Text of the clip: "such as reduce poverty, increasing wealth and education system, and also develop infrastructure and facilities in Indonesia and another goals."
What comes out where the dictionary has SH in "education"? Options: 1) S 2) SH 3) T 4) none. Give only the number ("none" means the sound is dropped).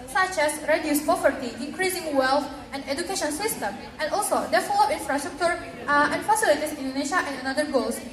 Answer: 2